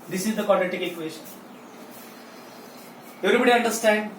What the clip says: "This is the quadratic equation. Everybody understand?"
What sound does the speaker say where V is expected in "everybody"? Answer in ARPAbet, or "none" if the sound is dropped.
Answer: none